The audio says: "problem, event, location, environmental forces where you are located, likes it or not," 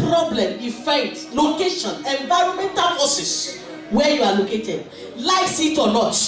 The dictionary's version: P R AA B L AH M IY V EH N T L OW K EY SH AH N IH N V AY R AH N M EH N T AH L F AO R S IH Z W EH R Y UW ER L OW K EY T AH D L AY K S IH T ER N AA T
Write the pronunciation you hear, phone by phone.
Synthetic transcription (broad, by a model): R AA B L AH M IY F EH T L OW K EY SH AH N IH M V AY R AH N M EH N T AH L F AO S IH S W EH Y UW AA L OW K EY T AH D L AY S IH T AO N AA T